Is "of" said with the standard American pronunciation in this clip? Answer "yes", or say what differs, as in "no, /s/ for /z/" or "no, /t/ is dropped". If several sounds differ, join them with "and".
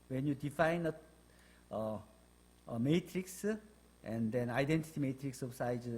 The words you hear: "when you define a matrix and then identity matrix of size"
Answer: no, /b/ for /v/